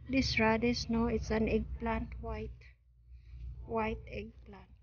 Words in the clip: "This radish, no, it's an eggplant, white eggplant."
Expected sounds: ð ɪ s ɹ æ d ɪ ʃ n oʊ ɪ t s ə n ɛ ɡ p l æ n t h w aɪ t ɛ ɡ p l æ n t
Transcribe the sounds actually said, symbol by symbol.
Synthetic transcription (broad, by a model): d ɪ s ɹ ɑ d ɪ s n oʊ ɪ t s ə n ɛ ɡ p l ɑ n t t w aɪ t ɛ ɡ p l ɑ n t